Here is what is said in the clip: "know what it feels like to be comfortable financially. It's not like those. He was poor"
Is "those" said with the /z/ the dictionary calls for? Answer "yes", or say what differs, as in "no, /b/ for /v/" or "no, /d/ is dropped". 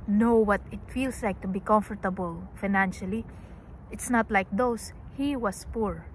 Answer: no, /s/ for /z/